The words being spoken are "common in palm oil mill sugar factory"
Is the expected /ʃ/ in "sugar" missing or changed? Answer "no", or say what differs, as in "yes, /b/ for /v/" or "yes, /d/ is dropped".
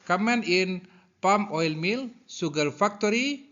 yes, /s/ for /ʃ/